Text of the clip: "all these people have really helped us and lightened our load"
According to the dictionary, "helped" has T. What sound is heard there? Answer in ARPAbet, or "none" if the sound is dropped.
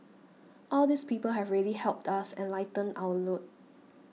T